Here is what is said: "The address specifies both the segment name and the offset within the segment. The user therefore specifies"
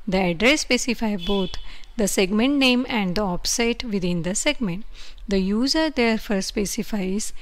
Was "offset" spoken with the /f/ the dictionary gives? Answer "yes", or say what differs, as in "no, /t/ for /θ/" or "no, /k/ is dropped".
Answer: no, /p/ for /f/